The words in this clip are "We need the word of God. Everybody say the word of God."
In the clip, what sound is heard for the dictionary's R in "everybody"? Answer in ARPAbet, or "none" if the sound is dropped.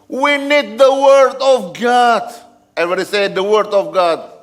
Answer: none